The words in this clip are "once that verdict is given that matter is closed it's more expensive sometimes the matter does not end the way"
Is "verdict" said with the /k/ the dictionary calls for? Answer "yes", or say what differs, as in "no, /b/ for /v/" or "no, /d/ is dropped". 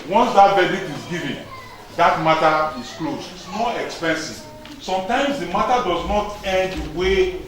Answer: no, /k/ is dropped